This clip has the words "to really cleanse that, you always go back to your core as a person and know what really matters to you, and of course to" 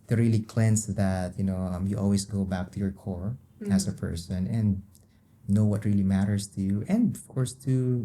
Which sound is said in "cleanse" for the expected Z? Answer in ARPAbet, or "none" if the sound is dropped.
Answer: S